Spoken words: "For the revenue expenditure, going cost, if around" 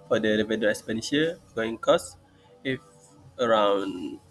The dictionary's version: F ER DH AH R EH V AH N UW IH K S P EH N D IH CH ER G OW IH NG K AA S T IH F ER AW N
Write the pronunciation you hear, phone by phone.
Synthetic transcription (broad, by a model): F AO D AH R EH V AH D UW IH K S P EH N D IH SH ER G OW IH NG K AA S IH F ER AW N